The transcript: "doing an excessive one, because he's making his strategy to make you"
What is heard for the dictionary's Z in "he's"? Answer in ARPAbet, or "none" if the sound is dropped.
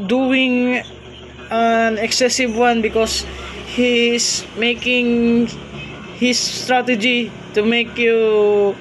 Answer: S